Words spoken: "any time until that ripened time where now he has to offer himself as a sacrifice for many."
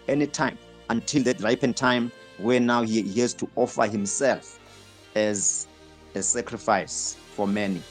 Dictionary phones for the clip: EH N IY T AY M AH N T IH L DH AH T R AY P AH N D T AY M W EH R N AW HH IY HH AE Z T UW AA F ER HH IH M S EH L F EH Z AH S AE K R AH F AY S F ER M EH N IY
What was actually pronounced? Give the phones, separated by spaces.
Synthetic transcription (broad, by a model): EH N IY T AY M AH N T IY L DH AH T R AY P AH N T AY M W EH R N AW HH IY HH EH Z T UW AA F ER HH IH M S EH L F EH Z AH S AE K R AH F AY S F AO M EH N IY